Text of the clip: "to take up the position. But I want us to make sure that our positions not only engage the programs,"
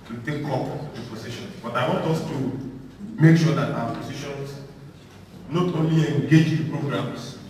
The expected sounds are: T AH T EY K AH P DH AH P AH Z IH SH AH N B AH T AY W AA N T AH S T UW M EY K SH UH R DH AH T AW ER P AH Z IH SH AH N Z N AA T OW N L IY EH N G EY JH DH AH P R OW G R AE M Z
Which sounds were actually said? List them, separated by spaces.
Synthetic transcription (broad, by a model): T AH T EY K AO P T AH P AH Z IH SH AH N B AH T AY W AA N T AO S T UW M EY K SH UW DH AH T AW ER P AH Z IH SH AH N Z N AA T OW N L IY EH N G EY JH P R OW G R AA M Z